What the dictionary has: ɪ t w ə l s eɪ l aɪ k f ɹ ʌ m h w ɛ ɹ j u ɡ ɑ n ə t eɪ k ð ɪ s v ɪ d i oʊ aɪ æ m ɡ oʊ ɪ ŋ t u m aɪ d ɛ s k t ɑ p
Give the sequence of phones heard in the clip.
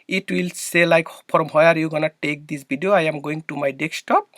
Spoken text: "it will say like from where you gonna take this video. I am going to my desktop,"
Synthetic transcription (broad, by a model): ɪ t w ə l s eɪ l aɪ k p ɹ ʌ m h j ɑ ɹ j u ɡ ɑ n ə t eɪ k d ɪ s b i d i oʊ aɪ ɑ m ɡ oʊ ɪ ŋ t u m aɪ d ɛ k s t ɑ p